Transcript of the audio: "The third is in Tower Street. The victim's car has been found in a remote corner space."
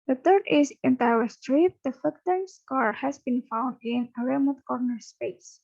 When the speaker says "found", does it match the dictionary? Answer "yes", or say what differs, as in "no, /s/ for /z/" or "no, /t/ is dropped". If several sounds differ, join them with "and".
yes